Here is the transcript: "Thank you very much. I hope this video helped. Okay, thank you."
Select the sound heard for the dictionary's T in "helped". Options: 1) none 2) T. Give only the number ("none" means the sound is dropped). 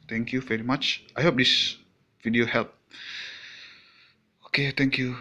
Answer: 1